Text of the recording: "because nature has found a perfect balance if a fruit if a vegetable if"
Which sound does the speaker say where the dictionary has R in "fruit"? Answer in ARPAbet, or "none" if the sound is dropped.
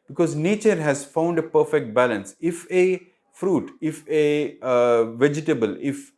R